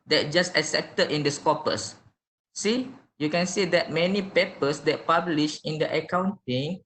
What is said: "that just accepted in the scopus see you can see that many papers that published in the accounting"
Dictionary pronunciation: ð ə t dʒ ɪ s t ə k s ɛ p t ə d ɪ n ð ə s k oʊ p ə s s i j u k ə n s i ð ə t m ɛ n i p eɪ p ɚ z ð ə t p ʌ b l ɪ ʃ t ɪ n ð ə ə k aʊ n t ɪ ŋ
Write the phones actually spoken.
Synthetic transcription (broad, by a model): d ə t dʒ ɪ s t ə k s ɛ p t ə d ɪ n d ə s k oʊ p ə s s i j u k ə n s i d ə t m ɛ n i p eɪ p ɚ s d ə t p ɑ b l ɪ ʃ ɪ n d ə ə k aʊ n t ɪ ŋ